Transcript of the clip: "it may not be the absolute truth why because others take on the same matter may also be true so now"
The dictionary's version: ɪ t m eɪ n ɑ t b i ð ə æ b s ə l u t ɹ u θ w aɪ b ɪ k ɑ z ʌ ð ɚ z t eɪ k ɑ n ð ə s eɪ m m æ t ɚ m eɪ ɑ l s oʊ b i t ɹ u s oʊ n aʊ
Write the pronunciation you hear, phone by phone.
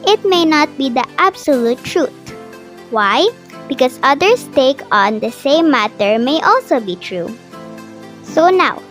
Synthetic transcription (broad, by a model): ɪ t m eɪ n ɑ t b i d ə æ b s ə l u t ɹ u t w aɪ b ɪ k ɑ s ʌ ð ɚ s t eɪ k ɑ n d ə s eɪ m m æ t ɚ m eɪ ɑ l s oʊ b i t ɹ u s oʊ n aʊ